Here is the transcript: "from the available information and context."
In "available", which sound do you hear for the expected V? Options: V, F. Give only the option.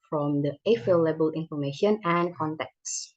F